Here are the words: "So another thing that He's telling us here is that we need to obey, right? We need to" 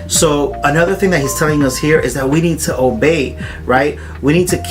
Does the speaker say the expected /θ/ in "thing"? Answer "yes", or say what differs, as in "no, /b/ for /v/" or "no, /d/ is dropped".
yes